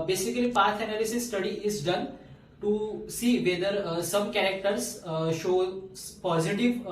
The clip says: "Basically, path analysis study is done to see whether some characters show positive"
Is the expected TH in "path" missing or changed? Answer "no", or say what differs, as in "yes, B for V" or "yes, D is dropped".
yes, T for TH